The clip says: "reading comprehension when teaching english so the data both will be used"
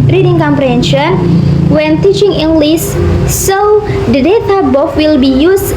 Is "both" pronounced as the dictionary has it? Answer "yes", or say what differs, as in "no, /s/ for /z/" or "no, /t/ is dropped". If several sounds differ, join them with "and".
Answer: no, /f/ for /θ/